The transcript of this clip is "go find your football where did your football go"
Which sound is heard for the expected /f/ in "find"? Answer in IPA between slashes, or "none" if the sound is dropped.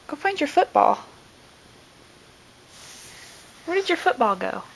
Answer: /p/